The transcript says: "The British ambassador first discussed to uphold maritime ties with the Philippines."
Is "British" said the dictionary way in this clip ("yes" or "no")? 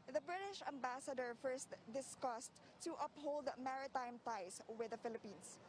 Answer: yes